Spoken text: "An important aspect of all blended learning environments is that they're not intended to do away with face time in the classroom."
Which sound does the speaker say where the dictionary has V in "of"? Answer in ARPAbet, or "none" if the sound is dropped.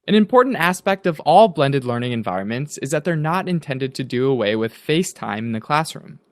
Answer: V